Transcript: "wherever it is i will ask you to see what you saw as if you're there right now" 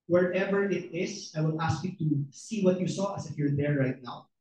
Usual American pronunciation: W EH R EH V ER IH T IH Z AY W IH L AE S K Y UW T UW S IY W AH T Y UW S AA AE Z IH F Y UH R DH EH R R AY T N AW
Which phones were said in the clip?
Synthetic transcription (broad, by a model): W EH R EH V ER IH T IH S AY W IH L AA S K Y UW T UW S IY W AH T Y UW S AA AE S IH F Y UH R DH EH R R AY T N AW